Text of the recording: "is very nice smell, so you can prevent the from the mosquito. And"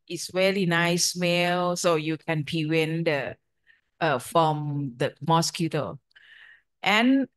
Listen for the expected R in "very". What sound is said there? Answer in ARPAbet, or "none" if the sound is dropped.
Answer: L